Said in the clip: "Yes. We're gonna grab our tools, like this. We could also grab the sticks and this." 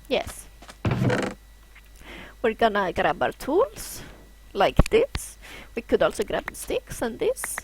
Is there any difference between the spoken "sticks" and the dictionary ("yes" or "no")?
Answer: no